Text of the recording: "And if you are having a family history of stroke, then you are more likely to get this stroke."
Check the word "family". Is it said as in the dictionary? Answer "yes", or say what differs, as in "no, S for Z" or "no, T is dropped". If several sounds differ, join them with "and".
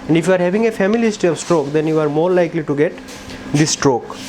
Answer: no, L is dropped